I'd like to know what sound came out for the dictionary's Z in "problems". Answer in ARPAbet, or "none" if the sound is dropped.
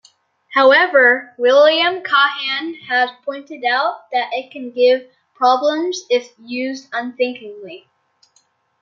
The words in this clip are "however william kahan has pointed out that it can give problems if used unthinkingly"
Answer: Z